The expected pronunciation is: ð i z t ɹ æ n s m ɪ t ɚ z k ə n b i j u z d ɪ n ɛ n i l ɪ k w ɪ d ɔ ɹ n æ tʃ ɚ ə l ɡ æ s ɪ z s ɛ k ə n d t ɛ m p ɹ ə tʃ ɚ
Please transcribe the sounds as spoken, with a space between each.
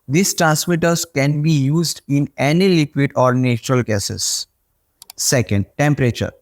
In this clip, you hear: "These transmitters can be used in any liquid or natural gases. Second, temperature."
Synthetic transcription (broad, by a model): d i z t ɹ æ s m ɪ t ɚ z k ə n b i j u z d ɪ n ɛ n i l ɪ k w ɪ d ɔ ɹ n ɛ tʃ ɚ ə l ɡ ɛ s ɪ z s ɛ k ə n d t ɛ m p ɹ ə tʃ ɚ